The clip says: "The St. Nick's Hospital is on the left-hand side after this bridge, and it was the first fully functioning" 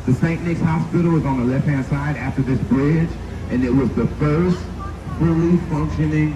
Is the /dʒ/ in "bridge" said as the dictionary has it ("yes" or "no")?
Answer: yes